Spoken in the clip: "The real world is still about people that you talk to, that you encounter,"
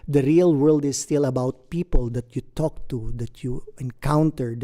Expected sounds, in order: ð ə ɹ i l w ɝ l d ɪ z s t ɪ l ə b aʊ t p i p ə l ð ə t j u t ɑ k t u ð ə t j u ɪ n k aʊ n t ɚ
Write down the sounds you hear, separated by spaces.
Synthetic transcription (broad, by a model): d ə ɹ i l w ɝ l d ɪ s t ɪ l ə b aʊ t p i p ə l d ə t j u t ɑ k t u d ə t j u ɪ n k aʊ n t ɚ